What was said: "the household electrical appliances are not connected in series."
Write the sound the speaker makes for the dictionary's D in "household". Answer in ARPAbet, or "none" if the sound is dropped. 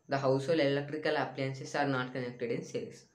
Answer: none